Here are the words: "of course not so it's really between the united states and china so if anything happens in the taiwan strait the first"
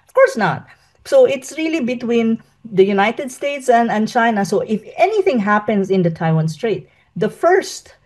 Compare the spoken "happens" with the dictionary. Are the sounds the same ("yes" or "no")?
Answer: no